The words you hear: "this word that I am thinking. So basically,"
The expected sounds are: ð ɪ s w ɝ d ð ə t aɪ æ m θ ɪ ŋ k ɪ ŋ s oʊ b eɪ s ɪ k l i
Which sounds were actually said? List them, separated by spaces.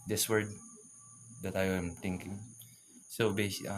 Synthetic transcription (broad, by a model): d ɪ s w ɝ d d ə t aɪ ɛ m t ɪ ŋ k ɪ ŋ s oʊ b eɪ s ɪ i